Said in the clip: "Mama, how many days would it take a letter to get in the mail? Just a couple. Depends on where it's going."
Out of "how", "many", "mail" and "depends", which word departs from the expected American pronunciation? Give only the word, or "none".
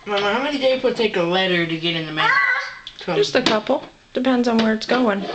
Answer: mail